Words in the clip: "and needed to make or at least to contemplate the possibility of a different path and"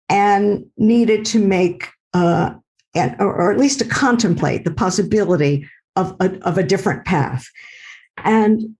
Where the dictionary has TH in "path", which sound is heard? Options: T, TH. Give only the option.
TH